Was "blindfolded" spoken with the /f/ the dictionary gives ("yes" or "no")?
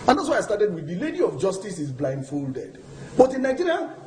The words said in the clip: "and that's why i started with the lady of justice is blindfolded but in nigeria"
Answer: yes